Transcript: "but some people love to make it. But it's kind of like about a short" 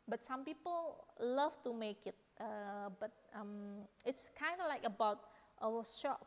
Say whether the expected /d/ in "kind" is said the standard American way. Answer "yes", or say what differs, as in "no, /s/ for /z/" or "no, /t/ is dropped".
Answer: yes